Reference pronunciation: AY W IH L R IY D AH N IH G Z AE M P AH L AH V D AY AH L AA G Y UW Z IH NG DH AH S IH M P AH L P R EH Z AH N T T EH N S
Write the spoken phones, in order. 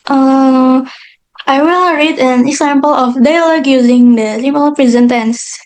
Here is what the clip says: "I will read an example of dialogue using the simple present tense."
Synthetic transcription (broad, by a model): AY W IH L R IY D AH N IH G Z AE M P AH L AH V D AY L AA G Y UW Z IH NG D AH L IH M AH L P R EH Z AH N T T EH N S